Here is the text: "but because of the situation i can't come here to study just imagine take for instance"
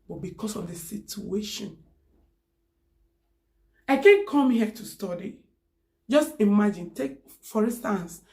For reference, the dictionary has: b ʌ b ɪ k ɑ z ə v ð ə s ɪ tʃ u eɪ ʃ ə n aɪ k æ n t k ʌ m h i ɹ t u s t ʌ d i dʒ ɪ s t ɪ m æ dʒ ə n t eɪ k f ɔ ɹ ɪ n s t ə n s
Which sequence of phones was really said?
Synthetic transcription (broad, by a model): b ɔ b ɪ k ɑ s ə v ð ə s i tʃ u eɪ ʃ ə n aɪ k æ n k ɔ m h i t u s t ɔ d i dʒ ɪ s t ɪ m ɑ dʒ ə n t eɪ k f ɔ ɹ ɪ n s t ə n s